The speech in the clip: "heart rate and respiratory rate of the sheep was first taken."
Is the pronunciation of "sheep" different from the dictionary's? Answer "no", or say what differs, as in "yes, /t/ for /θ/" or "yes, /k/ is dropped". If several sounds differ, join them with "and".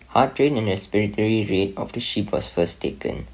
no